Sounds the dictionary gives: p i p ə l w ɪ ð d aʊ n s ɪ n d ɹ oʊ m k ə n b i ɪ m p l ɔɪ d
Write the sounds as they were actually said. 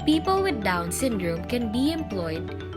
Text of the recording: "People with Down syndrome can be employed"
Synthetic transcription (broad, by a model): p i p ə l w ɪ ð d aʊ n s ɪ n d ɹ oʊ m k ə n b i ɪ m p l ɔɪ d